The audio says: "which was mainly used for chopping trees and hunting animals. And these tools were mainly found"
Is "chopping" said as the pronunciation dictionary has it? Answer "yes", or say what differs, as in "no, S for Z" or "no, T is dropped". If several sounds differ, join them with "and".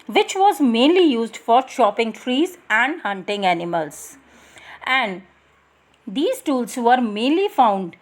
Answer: no, SH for CH